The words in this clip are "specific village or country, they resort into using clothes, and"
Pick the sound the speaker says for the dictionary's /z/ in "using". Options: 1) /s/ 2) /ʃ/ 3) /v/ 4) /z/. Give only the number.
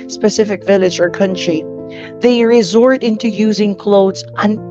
4